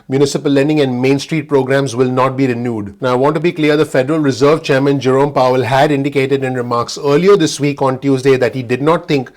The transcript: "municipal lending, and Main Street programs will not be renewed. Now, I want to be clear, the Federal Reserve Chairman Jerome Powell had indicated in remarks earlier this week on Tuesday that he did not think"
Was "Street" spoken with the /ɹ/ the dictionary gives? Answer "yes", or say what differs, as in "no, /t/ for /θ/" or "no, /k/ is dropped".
yes